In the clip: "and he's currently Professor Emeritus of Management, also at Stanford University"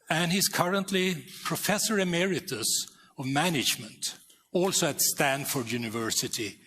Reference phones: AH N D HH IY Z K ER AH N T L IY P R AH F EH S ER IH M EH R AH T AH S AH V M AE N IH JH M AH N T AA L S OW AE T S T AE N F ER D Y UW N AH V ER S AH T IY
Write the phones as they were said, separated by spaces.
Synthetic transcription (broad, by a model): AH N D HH IY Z K ER AH N T L IY P R AH F EH S ER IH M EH R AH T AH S AH V M AE N IH JH M AH N T AA L S OW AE T S T AE N F ER D Y UW N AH V ER S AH T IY